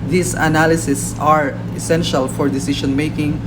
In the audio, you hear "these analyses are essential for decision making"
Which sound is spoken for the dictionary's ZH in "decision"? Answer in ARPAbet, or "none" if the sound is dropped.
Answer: SH